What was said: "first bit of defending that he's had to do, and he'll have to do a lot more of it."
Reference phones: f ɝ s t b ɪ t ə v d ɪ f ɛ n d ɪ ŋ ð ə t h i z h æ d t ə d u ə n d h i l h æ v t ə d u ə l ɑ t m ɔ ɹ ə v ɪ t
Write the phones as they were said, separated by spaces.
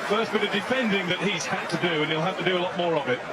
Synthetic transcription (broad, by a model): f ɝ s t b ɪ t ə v d ɪ f ɛ n d ɪ ŋ ð ə t h i z h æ t ə d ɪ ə n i l h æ f t ə d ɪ ə l ɑ t m ɔ ɹ ə v ɪ t